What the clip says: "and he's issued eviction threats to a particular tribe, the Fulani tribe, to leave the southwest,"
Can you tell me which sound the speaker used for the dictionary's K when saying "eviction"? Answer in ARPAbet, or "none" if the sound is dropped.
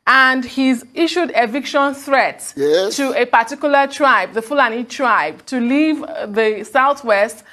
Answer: K